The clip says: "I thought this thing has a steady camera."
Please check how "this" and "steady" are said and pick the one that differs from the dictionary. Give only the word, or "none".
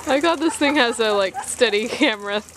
none